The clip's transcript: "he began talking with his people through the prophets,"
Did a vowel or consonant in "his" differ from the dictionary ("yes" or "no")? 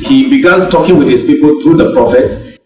yes